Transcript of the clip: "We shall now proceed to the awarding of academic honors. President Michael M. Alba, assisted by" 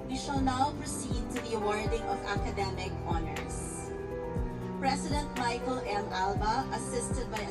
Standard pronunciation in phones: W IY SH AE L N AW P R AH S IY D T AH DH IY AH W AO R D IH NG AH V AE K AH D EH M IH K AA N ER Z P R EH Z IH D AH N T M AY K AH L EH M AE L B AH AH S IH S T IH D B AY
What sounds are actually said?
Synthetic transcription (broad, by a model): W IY SH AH L N AW P R AH S IY D T AH DH IY AH W AO R D IH NG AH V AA K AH D EH M IH K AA N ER S P R EH S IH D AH N T M AY K AH L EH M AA L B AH AH S IH S T IH D B AY